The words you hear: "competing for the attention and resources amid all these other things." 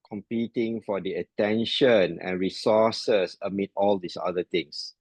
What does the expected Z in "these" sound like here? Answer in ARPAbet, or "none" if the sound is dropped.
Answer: S